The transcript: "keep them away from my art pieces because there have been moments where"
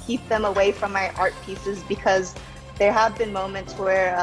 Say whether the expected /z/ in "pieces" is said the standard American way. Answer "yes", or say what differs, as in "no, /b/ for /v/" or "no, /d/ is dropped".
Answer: yes